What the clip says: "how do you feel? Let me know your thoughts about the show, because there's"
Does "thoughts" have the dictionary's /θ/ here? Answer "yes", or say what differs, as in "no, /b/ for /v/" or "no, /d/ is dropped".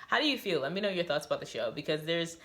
yes